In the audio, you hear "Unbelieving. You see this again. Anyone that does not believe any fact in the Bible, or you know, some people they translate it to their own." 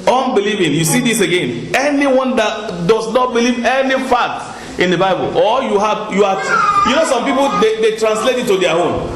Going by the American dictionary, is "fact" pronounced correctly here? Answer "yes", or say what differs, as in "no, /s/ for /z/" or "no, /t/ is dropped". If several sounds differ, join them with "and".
no, /k/ is dropped